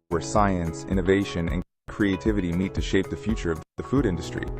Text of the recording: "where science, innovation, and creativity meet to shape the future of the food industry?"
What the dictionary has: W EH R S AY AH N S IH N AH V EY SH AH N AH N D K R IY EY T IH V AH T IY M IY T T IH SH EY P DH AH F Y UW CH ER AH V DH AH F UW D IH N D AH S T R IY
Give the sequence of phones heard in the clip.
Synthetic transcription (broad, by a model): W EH R S AY AH N S IH N AH V EY SH AH N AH N K R IY EY T IH V AH T IY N IY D T IH SH EY P DH AH F Y UW CH ER AH V DH AH F UW D IH N D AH S T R IY